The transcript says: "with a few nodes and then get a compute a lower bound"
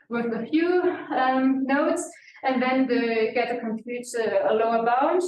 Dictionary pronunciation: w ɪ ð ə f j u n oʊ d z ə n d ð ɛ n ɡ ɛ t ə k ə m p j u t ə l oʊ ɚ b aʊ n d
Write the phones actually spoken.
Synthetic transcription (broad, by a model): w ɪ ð ə f j u n oʊ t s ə n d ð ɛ n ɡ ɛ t ə k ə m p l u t ə l oʊ ɚ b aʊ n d